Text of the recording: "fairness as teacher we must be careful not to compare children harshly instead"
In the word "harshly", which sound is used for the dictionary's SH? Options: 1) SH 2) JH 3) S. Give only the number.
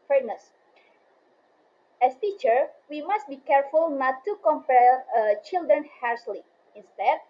3